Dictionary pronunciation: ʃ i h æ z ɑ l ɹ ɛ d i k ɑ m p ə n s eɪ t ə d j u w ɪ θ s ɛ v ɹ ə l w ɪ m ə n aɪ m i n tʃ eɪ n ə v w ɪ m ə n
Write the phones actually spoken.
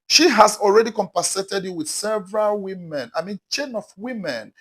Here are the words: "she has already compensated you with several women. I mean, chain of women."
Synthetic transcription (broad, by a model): ʃ i h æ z ɑ l ɹ ɛ d i k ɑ m p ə s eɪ t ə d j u w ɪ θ s ɛ v ɹ ə l w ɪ m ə n aɪ m i n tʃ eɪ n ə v w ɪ m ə n